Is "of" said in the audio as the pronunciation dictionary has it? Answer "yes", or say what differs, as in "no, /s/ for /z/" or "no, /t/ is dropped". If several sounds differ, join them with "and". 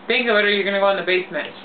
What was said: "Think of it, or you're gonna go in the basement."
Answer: no, /w/ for /v/